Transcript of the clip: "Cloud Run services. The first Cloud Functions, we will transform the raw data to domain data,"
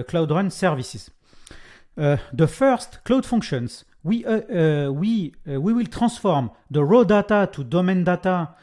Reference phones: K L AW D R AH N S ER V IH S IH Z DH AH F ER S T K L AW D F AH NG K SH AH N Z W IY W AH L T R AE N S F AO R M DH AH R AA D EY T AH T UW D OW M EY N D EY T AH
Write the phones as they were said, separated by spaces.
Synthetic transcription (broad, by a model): K L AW D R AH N S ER V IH S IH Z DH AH F ER S T K L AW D F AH NG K SH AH N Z W IY W AH L T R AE S F AO R M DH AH R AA D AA T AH T UW D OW M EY N D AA T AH